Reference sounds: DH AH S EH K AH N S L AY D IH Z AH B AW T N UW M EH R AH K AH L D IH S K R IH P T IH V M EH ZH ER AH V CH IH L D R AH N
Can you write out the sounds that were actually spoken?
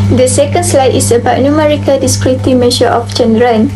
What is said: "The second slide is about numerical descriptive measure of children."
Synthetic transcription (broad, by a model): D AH S EH K AH N S L AY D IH S AH B AW T N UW M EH R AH K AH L D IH S K R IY T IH M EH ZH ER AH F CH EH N D R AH N